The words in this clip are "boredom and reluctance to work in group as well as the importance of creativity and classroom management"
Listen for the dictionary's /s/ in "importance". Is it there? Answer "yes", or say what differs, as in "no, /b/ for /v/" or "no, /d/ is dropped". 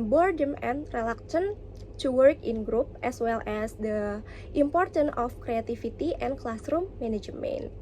no, /s/ is dropped